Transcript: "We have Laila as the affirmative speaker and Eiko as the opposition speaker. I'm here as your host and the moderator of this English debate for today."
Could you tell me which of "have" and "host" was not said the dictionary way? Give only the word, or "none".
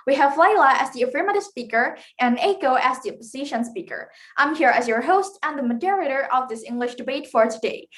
none